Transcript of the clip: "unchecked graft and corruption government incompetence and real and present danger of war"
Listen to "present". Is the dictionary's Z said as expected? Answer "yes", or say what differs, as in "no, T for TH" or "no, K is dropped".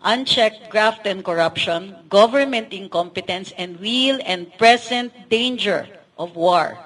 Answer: no, S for Z